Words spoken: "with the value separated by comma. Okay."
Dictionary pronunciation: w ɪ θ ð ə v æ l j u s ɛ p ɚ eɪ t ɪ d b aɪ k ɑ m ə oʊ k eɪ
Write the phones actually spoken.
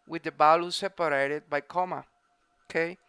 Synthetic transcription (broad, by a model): w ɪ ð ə b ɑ l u s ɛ p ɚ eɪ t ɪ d b aɪ k ɑ m ə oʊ k eɪ